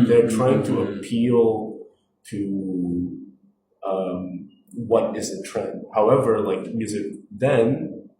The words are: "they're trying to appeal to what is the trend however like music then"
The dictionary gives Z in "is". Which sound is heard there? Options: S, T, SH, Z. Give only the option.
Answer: Z